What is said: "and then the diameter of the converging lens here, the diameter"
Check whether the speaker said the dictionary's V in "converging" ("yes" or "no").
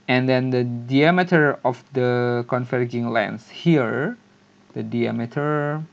no